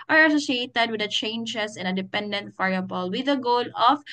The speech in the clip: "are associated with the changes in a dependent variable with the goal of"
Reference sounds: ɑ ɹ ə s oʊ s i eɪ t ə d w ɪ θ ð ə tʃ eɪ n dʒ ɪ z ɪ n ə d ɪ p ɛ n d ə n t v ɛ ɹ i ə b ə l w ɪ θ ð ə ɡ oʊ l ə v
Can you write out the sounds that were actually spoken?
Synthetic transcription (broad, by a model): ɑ ɹ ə s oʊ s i eɪ t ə d w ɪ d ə tʃ eɪ n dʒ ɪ s ɪ n ə d ɪ p ɛ n d ə n t f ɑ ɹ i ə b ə l w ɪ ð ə ɡ oʊ l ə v